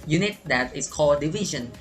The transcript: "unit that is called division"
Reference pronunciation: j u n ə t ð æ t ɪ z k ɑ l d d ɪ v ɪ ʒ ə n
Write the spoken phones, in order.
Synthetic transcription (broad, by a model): j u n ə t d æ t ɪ s k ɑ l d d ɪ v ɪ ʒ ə n